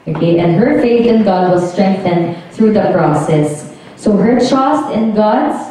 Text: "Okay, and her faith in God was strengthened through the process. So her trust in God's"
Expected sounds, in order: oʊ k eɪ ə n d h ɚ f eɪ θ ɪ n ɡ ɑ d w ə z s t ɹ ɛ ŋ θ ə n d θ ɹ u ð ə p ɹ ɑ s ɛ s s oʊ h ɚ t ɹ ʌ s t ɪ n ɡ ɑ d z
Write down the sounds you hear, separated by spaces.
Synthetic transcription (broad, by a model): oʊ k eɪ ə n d h ɚ f eɪ θ ɪ n ɡ ɑ d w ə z s t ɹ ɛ ŋ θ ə n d θ ɹ u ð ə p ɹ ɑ s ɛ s s oʊ h ɚ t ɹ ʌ s t ɪ n ɡ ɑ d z